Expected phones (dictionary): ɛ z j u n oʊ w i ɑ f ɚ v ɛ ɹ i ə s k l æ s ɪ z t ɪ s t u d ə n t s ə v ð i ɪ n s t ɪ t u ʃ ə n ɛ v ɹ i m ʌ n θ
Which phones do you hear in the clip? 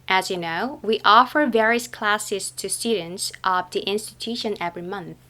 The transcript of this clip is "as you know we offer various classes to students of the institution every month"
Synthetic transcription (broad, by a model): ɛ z j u n oʊ w i ɑ f ɚ v ɛ ɹ i ə s k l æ s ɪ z t ɪ s t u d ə n t s ə v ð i ɪ n s t ɪ t u ʃ ə n ɛ v ɹ i m ʌ n θ